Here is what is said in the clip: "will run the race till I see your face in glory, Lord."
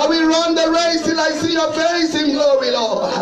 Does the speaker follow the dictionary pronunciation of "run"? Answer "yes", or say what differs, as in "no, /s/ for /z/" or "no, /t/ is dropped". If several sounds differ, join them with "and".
yes